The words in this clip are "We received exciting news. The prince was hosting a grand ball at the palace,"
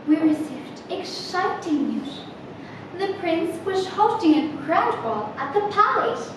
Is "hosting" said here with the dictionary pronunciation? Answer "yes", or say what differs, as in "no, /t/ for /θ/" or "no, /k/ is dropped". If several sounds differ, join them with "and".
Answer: no, /s/ is dropped